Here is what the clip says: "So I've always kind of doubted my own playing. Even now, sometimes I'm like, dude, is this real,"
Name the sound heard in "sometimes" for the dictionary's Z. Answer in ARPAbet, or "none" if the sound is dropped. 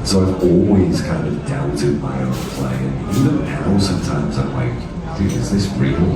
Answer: Z